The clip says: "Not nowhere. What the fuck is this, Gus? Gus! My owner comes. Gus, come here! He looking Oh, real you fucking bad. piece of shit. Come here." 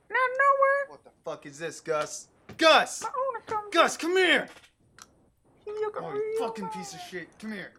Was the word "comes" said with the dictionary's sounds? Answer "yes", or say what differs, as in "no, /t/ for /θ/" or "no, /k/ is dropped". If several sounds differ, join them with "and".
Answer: no, /z/ is dropped